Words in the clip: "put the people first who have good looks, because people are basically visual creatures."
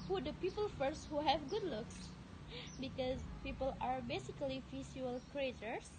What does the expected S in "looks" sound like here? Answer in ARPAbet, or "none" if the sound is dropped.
S